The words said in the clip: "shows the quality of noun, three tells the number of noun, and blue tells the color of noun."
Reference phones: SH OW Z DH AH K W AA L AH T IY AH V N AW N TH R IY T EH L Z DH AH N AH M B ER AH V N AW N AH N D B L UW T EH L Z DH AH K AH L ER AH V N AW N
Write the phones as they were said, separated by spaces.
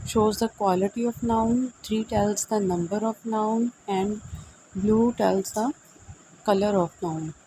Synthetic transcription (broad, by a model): SH OW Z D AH K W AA L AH T IY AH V N AW N T R IY T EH L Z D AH N AH M B ER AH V N AW N AH N D B L UW T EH L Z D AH K AH L ER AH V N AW N